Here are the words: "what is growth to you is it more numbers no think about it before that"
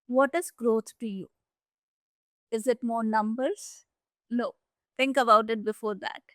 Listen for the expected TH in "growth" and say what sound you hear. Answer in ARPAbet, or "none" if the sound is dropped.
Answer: T